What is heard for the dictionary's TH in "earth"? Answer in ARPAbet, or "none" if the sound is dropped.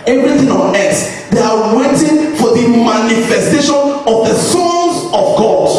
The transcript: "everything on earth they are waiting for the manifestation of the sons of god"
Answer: S